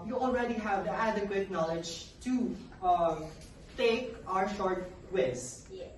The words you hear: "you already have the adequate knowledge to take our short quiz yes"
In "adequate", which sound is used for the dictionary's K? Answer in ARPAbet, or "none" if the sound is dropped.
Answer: K